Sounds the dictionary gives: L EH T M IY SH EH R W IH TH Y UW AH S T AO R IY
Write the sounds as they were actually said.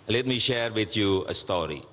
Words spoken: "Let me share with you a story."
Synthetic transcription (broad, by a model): L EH T M IY SH EH R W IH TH Y UW AH S T AO R IY